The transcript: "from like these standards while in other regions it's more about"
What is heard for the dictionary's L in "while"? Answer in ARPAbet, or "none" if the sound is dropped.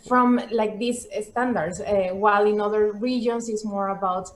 L